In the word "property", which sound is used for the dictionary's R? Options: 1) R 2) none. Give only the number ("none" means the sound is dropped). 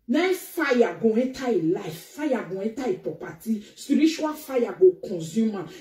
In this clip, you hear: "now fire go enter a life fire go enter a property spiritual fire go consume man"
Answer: 2